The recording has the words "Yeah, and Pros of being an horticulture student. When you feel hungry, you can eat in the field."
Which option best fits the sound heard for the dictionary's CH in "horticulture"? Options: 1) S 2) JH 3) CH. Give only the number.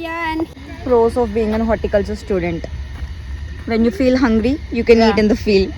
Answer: 1